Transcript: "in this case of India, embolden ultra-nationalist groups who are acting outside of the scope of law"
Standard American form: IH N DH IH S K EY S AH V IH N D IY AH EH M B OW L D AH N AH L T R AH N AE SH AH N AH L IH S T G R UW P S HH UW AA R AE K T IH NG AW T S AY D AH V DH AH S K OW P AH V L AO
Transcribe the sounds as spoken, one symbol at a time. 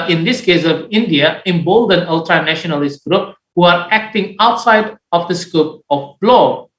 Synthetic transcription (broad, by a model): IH N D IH S K EY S AH V IH N D IY AH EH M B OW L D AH N AH L T R AH N AE SH AH N AH L IH S T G R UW P HH UW AA R AE K T IH NG AW T S AY D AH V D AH S K OW P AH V L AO